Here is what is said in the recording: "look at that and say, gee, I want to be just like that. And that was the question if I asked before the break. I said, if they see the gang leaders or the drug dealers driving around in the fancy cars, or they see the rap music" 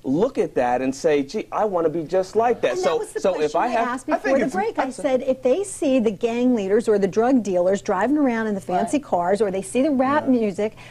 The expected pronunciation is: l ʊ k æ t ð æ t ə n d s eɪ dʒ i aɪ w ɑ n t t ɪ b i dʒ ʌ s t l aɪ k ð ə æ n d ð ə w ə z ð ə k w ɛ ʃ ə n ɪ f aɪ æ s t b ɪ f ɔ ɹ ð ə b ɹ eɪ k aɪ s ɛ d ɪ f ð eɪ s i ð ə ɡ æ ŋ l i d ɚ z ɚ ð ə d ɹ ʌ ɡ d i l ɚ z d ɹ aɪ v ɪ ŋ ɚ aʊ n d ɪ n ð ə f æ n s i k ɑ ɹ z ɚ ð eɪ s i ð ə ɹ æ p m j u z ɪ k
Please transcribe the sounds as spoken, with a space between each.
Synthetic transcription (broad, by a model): l ʊ k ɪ t ð æ t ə n s eɪ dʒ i aɪ w ɑ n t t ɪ b i dʒ ʌ s t l aɪ k ð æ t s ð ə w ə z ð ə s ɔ ə ɪ f aɪ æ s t b ɪ f ɔ ɹ ð ə b ɹ eɪ k aɪ s ɛ d ɪ f ð eɪ s i ð ə ɡ æ ŋ l i d ɚ z ɚ ð ə d ɹ ʌ ɡ d i l ɚ z d ɹ aɪ v ɪ ŋ ɚ aʊ n d ɪ n ð ə f æ n s i k ɑ ɹ z ɚ ð eɪ s i ð ə ɹ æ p m j u z ɪ k